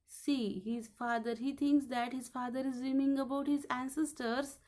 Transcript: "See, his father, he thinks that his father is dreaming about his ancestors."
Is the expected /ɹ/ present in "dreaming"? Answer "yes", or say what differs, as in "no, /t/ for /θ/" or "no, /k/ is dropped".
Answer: no, /ɹ/ is dropped